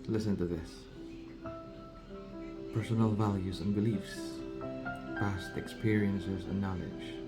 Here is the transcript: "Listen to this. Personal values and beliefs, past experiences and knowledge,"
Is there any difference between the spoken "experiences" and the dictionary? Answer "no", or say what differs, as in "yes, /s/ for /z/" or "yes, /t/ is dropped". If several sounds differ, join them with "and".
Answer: no